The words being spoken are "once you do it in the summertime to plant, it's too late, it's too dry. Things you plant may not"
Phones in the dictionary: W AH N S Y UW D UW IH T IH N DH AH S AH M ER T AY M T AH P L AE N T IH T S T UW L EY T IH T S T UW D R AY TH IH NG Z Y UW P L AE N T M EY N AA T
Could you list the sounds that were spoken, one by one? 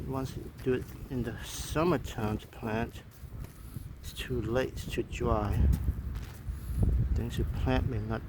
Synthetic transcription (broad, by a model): W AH N S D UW IH T IH N DH AH S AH M ER T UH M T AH P L AE N T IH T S T UW L EY IH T T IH D R AY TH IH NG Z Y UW P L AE N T M EY N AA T